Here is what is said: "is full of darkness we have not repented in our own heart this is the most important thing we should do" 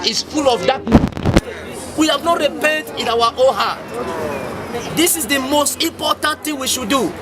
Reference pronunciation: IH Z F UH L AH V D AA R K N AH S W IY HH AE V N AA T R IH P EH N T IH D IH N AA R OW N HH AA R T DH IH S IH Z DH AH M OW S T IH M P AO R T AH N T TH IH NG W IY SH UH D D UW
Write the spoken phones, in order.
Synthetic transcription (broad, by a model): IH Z F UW L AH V D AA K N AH W IY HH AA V N AA T R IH P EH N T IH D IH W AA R OW HH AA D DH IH S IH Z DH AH M OW S T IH M P AO T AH N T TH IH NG W IY SH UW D D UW